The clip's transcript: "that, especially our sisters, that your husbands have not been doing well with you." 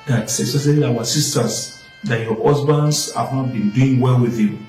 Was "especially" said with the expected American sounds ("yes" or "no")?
no